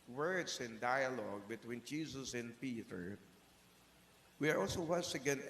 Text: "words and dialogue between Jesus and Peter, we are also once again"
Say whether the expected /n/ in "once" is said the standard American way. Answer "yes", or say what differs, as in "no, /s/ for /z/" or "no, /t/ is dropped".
no, /n/ is dropped